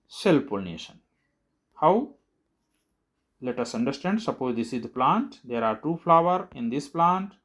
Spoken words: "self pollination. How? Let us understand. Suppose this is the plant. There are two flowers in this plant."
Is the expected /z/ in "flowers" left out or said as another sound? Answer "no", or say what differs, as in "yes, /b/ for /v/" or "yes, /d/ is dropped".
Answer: yes, /z/ is dropped